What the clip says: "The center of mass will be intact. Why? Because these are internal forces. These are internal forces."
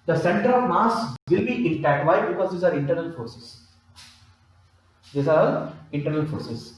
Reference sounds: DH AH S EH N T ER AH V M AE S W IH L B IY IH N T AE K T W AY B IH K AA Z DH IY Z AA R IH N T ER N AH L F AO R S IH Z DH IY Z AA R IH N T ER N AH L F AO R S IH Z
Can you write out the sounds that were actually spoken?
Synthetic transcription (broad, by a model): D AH S EH N T ER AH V M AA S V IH L B IY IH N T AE T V AY B IH K AA Z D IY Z AA R IH N T ER N AH L F AO R S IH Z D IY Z AA R IH N T ER N AH L F AO R S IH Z